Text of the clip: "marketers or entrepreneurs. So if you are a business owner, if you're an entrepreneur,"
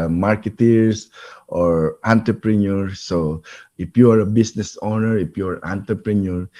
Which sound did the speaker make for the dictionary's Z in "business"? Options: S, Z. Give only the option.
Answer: S